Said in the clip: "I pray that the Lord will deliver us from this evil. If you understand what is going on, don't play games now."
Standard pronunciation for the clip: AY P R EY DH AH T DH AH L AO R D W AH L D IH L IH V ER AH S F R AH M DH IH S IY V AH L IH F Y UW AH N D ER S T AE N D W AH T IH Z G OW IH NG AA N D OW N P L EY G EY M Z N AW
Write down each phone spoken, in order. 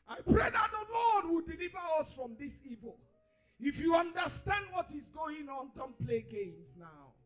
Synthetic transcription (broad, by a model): AY P R EY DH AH T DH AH L AO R D W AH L D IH L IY V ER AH S F R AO M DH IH S IY V AH L IH F Y UW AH N D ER S T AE N D W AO T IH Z G OW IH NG AA N D OW N P L EY G EY M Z N AW